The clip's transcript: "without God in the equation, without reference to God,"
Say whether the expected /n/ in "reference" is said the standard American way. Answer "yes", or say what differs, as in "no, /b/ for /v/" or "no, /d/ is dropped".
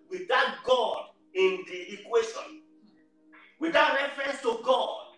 yes